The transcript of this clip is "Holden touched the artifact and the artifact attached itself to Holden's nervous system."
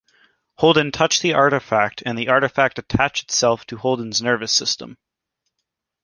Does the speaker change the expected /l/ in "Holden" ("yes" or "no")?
no